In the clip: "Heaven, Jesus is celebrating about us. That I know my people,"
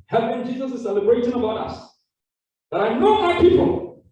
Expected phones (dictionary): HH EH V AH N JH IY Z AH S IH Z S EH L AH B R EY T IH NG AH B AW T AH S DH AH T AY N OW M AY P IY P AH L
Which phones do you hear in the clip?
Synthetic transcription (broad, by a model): HH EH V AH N JH IY Z AH S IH S EH L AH B R EY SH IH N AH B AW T AH S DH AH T AY N OW M AY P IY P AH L